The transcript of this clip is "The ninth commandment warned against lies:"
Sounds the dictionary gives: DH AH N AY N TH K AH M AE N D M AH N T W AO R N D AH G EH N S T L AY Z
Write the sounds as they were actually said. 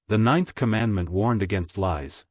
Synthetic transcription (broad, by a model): DH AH N AY N TH K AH M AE N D M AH N T W AO R N D AH G EH N S T L AY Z